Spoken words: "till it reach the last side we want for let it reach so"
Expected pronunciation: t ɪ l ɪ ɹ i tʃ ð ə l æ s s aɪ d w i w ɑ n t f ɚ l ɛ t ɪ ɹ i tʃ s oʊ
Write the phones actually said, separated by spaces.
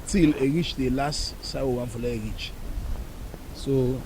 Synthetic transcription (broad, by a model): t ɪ l ɪ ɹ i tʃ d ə l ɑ s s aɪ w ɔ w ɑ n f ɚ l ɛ ɪ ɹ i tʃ s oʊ